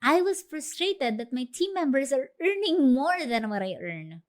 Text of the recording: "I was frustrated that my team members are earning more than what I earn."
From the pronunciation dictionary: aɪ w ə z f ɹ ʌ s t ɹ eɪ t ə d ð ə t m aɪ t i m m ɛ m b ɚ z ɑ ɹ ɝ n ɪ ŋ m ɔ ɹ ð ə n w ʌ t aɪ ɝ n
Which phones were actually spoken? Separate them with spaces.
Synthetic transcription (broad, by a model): aɪ w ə s f ɹ ʌ s t ɹ eɪ t ə d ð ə t m aɪ t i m m ɛ m b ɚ s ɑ ɹ ɝ n ɪ ŋ m ɔ ɹ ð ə n w ʌ t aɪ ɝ n